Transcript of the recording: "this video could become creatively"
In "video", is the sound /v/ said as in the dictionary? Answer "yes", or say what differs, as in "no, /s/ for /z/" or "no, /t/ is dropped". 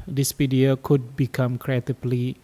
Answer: no, /p/ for /v/